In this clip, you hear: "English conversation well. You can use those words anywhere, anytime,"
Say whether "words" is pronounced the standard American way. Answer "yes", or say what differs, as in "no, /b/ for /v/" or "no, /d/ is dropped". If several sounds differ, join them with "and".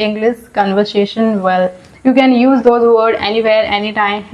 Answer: no, /z/ is dropped